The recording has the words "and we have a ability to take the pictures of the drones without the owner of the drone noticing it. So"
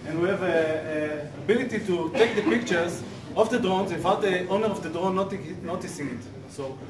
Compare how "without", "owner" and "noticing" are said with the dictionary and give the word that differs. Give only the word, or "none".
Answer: without